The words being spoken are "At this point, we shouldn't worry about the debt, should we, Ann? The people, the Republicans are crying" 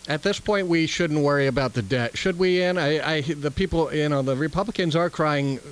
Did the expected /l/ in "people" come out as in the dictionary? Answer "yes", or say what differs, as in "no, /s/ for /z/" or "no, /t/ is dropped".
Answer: no, /n/ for /l/